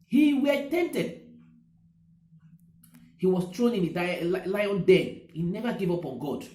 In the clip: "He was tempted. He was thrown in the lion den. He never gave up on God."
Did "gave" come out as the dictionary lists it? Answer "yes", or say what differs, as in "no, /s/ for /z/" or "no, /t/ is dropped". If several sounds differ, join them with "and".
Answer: yes